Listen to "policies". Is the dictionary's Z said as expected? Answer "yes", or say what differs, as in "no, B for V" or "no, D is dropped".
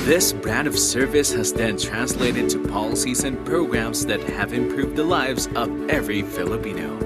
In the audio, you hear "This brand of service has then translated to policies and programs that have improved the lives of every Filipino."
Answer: yes